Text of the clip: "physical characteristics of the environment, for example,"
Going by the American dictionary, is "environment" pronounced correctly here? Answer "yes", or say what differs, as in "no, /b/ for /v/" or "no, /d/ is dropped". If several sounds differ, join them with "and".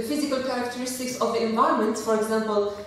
no, /ɹ/ is dropped